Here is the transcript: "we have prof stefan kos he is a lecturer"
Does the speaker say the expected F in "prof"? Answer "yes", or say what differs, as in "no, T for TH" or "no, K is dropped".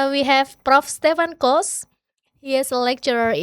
yes